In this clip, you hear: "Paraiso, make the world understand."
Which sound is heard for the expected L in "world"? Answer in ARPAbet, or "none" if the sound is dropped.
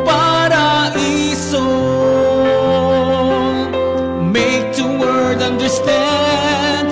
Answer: none